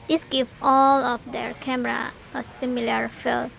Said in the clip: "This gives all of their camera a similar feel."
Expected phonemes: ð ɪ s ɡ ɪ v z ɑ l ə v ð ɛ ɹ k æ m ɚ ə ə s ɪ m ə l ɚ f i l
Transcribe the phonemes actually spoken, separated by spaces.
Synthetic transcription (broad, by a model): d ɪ s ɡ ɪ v ɑ l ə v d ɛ ɹ k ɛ m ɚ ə ə s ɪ m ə l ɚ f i l